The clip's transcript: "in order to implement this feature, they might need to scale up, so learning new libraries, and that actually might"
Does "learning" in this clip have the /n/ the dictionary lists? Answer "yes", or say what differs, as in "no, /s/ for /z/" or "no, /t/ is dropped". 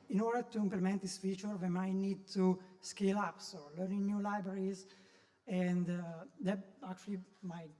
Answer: yes